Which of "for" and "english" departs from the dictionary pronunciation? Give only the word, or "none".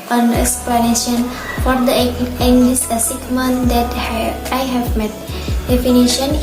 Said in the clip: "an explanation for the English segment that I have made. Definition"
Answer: english